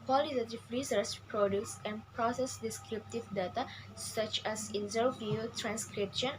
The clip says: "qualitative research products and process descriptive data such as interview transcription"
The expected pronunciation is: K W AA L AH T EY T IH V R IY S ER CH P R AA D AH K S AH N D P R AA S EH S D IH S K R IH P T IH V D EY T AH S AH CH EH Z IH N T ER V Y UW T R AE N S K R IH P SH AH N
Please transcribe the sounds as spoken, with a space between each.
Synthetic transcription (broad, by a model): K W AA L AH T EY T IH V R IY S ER S P R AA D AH S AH N P R AA S EH S D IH S K R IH P T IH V D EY T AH S AH CH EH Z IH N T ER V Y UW T R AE N S K R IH P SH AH N